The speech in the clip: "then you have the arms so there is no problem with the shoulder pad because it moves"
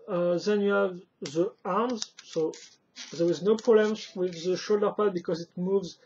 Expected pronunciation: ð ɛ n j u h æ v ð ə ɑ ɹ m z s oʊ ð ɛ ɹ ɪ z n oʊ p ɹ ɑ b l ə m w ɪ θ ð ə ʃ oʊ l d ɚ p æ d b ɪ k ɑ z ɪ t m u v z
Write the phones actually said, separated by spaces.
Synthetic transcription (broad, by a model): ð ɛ n j u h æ v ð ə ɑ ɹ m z s oʊ ð ɛ ɹ ɪ z n oʊ p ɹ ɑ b l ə m w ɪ ð ə ʃ oʊ l d ɚ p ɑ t b ɪ k ɑ z ɪ t m u v z